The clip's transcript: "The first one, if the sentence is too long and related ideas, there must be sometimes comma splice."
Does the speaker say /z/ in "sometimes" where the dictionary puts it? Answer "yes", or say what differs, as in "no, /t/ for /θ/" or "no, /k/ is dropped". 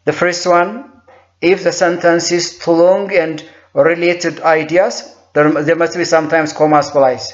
no, /s/ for /z/